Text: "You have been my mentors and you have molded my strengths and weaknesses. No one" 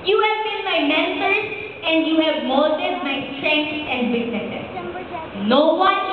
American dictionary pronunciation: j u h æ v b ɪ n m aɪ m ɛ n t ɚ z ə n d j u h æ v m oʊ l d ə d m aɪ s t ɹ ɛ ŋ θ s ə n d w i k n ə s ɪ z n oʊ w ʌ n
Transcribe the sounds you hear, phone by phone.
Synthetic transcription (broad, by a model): j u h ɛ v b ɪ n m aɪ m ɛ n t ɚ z ə n d j u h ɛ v m oʊ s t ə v m aɪ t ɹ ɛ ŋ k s ə n d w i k ə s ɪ n oʊ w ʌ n